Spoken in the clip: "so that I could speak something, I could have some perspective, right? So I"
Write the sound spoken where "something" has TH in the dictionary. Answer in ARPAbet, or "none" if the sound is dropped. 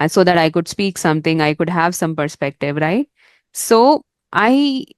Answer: T